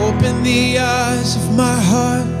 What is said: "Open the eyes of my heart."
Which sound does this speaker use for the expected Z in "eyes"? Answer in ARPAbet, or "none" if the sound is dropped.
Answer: Z